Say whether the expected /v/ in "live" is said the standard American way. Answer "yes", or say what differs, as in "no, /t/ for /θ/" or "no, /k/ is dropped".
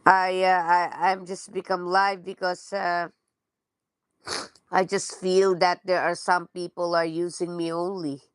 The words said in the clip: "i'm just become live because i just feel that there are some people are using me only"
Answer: yes